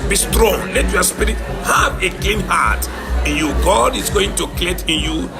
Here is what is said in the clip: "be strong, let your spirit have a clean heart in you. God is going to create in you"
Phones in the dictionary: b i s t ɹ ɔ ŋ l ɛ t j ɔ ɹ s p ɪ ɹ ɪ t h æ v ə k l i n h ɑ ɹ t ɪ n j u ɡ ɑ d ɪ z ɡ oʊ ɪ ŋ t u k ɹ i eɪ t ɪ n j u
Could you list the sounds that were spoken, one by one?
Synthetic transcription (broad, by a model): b i s t ɹ ɔ ŋ l ɛ t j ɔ s p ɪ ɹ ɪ t h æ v ə k l i n h ɑ t ɪ n j u ɡ ɑ d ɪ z ɡ oʊ ɪ ŋ t u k l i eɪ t ɪ n j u